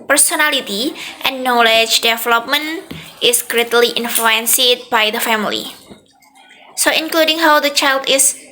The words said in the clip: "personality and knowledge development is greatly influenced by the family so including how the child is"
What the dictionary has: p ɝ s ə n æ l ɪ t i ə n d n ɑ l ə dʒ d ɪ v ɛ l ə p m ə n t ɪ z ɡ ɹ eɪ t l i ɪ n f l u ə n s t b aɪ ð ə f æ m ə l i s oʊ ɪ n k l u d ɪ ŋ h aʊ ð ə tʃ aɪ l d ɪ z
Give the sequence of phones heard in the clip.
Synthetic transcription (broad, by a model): p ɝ s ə n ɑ l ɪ t i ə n n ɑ l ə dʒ d ɪ v ɛ l ə p m ə n t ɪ s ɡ ɹ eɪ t l i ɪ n f l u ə n s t b aɪ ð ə f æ m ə l i s oʊ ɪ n k l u d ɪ ŋ h aʊ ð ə tʃ aɪ l d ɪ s